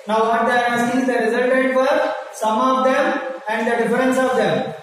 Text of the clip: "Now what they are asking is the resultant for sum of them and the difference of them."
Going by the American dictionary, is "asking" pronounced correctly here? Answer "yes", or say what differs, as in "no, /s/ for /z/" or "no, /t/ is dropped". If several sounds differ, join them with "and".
no, /k/ is dropped